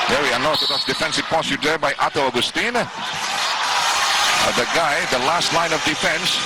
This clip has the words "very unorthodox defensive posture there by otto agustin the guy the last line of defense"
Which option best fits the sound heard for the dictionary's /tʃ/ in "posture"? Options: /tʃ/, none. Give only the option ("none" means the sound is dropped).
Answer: none